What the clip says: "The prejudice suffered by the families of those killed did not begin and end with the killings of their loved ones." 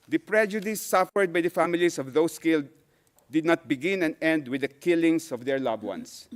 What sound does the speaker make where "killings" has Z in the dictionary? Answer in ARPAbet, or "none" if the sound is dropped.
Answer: S